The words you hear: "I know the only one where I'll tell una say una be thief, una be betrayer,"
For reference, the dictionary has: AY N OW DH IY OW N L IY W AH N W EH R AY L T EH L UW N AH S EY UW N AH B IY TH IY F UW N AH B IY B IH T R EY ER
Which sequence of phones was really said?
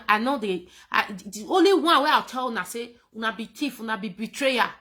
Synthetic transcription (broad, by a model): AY N OW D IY OW N L IY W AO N W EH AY W T EH L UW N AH S EY UW N AH B IY T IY F UW N AH B IY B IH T R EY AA